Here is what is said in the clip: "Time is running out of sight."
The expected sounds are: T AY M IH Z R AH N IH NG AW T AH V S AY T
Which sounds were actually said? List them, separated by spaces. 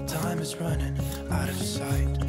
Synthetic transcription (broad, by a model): T AY M IH Z R AH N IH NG AW T AH V S AY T